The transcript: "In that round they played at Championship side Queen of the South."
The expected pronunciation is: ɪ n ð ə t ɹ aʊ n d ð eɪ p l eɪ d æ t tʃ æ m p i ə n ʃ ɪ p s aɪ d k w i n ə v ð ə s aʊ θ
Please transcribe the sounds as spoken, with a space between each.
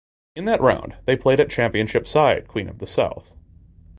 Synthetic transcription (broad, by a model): ɪ n ð ə t ɹ aʊ n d ð eɪ p l eɪ d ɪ t tʃ æ m p i ə n ʃ ɪ p s aɪ d k w i n ə v ð ə s aʊ θ